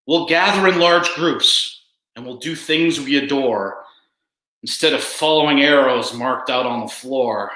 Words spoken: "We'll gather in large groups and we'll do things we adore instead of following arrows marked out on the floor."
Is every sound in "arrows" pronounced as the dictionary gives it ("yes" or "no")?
yes